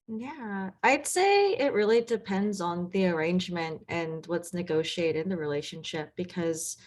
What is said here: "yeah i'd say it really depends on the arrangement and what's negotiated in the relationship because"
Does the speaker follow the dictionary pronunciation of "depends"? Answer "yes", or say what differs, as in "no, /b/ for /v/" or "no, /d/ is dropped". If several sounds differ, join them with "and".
yes